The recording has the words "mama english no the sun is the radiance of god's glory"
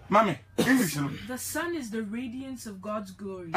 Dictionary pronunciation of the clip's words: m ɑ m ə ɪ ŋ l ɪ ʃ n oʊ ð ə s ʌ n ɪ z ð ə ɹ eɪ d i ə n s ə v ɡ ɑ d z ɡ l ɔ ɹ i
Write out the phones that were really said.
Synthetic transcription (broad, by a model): m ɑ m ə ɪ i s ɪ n ð ə s ʌ n ɪ z ð ə ɹ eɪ d i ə n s ə v ɡ ɑ d z ɡ l ɔ ɹ i